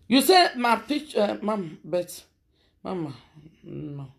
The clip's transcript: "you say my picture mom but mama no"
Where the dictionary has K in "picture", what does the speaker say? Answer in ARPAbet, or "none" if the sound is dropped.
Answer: none